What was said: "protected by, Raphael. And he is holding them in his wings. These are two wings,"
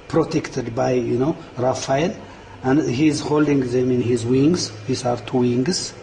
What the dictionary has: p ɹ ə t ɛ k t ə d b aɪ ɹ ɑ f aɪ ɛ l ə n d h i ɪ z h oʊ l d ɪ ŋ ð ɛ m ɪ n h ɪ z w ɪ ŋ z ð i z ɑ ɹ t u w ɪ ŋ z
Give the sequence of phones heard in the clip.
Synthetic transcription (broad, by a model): p ɹ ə t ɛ k t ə d b aɪ ɹ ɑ f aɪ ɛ n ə n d h i z h oʊ l d ɪ ŋ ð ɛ m ɪ n h ɪ z w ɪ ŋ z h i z ɑ ɹ t u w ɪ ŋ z